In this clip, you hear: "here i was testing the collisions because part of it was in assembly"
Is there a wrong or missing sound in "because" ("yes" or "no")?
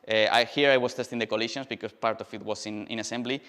yes